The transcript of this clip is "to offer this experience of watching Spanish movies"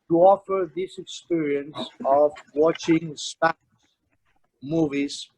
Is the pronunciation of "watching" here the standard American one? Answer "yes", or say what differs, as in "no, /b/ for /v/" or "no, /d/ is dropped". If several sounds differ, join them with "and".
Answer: yes